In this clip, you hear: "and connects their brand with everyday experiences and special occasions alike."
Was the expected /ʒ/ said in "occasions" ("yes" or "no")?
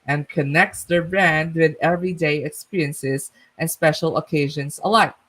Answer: yes